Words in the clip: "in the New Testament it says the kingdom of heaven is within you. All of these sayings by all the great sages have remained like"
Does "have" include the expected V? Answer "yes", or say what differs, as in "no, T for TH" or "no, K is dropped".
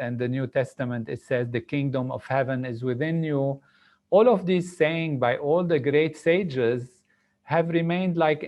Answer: yes